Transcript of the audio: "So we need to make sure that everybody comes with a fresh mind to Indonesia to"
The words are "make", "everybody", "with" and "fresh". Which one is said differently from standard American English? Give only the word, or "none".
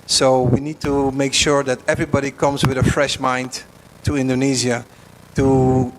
none